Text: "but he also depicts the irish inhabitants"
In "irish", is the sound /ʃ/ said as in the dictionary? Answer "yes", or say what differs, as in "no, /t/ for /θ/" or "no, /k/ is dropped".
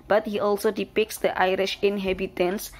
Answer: yes